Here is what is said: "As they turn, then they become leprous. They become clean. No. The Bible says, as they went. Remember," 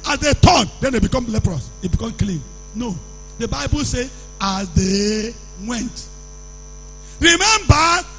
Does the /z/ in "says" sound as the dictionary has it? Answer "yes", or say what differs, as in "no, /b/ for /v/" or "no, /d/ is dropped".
no, /z/ is dropped